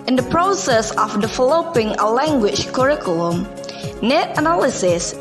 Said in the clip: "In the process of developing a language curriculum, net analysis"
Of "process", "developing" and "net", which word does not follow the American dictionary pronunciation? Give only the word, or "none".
developing